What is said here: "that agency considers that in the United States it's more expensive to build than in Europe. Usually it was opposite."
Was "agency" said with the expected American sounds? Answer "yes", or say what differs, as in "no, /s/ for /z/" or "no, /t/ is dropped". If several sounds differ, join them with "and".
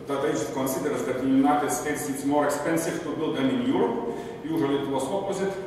no, /dʒ/ is dropped and /n/ is dropped